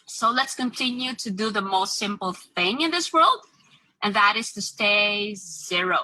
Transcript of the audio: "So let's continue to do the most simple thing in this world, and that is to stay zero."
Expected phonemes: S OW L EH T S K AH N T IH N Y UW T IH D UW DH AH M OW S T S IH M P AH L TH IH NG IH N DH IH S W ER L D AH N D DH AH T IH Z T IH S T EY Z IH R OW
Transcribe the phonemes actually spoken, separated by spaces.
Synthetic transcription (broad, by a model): S OW L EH T S K AH N T IH N Y UW T IH D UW DH AH M OW S T S IH M P L TH IH NG IH N DH IH S W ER L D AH N DH AH T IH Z T IH S T EY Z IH R OW